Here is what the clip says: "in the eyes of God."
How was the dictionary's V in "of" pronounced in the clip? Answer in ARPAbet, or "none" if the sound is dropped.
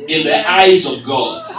V